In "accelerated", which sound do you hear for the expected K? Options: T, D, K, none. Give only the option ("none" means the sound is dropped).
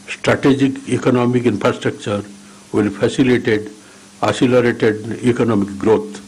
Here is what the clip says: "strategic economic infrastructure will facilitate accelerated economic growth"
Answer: none